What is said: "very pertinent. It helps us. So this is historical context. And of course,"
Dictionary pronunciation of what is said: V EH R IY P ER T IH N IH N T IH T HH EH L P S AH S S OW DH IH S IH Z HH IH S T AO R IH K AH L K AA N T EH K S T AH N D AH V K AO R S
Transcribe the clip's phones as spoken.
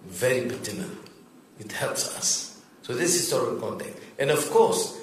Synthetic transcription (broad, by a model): V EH R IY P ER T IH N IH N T IH T HH EH L P S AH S S OW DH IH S HH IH S T AO R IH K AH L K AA N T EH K T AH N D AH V K AO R S